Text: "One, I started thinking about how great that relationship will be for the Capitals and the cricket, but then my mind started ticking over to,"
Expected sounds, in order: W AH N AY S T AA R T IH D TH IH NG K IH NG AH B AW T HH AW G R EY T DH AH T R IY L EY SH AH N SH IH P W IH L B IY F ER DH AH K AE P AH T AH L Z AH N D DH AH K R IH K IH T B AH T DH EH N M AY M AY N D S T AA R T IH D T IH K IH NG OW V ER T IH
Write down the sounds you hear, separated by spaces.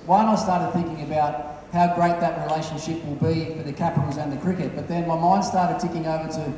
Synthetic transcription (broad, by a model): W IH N AY S T AA R T IH D TH IH NG K IH NG AH B AW T HH AW G R EY T DH AH T R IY L EY SH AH N SH IH P W IH L B IY F ER DH AH K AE P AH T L Z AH N DH AH K R IH K IH T B AH T DH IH N M AY M AY N D S T AA R T IH D T IH K IH NG OW V ER T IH